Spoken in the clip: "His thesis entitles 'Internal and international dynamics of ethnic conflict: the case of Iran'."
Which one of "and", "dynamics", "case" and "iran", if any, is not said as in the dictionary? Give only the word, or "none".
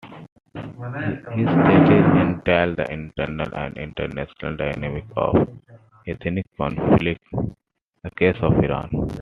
dynamics